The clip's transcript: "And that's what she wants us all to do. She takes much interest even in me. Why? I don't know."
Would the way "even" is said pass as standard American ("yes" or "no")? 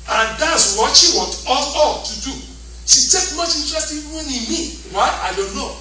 no